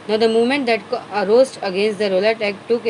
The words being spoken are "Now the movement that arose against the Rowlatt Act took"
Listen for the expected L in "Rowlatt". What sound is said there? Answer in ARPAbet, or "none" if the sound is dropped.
L